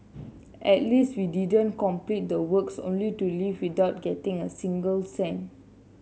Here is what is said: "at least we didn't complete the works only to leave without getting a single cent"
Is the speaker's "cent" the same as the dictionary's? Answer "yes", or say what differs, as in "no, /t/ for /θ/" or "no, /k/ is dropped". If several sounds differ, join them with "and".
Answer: no, /t/ is dropped